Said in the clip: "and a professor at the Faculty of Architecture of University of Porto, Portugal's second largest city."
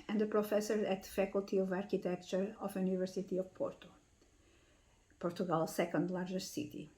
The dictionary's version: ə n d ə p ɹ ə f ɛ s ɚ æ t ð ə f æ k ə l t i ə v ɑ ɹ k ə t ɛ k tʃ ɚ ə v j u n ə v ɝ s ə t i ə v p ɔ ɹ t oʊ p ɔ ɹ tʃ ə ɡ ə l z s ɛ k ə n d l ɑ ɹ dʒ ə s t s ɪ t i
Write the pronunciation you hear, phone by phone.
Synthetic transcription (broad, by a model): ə n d ə p ɹ ə f ɛ s ɚ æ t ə f æ k ə l t i ə v ɑ ɹ k ə t ɛ k tʃ ɚ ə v j u n ə v ɝ s ə t i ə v p ɔ ɹ t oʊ p ɔ ɹ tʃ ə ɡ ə l s ɛ k ə n d l ɑ ɹ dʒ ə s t s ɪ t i